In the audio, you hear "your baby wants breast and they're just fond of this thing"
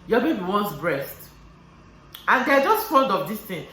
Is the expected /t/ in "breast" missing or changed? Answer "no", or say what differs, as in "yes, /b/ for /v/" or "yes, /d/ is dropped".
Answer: no